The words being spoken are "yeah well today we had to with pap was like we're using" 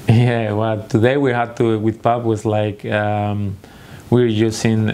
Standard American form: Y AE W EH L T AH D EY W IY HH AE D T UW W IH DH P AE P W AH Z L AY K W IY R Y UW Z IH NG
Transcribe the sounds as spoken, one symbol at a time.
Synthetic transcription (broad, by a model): Y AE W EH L T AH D EY W IY HH AE D T UW W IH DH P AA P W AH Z L AY K W IY R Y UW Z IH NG